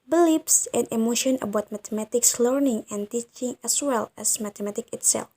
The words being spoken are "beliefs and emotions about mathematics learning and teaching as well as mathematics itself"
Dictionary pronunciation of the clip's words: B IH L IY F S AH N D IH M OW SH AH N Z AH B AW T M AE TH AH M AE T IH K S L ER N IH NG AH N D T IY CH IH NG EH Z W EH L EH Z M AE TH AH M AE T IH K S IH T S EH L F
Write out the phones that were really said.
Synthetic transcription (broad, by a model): B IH L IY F S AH N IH M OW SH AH N AH B AW T M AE T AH M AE T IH K S L ER N IH NG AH N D T IY CH IH NG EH S W EH L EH S M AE T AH M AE T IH K IH T S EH L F